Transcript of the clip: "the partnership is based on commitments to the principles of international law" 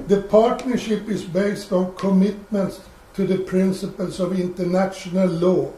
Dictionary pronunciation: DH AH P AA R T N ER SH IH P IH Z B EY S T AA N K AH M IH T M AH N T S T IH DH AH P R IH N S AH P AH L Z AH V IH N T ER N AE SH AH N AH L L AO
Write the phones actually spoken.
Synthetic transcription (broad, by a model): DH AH P AA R T N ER SH IH P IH S B EY S T AA N K AH M IH T M AH N T S T IH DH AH P R IH N S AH P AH L S AH V IH N T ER N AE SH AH N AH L L AO